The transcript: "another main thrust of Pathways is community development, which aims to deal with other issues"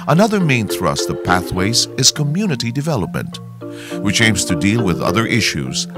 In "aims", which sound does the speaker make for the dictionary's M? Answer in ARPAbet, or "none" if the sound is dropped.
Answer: M